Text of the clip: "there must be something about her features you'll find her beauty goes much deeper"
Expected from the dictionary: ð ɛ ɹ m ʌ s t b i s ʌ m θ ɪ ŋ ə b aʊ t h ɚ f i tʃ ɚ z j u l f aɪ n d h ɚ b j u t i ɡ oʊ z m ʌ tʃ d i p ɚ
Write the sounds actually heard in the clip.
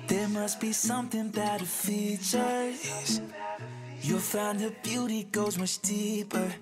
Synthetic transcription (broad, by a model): ð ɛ ɹ m ʌ s t b i s ʌ m θ ɪ ŋ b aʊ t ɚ f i tʃ ɚ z j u f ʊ n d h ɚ b j u t i ɡ oʊ z m ʌ tʃ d i p ɚ